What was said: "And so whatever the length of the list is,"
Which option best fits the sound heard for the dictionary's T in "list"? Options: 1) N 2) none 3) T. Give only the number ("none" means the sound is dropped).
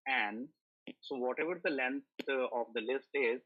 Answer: 3